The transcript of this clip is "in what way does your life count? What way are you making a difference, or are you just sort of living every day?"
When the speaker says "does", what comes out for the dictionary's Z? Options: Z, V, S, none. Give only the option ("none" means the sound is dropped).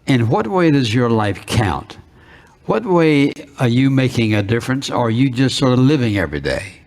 Z